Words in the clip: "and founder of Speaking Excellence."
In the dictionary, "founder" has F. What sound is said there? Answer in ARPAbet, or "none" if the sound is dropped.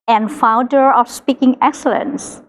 F